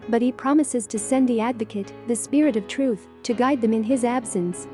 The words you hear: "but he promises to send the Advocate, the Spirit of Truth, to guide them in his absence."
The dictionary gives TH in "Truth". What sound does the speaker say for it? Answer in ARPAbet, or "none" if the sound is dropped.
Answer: TH